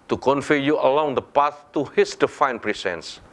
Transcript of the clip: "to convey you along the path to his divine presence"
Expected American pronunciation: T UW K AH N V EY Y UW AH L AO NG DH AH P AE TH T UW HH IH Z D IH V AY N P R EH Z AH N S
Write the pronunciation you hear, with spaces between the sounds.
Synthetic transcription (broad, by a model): T UW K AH N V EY Y UW AH L AO NG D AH P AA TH T UW HH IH S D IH F AY N P R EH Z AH N S